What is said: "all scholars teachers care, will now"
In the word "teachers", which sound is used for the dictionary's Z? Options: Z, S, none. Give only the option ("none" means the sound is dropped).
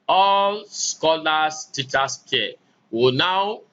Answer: S